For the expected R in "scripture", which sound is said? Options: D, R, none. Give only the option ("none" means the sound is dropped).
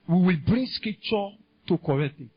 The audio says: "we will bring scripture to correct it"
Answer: none